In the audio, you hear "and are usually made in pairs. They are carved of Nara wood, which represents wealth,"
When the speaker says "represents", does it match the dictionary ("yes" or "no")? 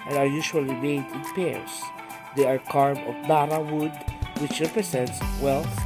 no